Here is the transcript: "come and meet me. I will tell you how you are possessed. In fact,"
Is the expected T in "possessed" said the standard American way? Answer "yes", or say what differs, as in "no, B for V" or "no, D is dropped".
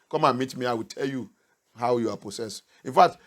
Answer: no, T is dropped